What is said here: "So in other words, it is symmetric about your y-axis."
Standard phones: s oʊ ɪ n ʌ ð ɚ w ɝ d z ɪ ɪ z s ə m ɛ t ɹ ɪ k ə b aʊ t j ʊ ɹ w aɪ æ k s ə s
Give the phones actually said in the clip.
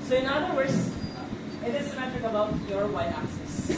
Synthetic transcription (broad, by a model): s oʊ ɪ n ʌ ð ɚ w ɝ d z ɪ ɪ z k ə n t ɪ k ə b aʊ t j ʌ ɹ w aɪ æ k s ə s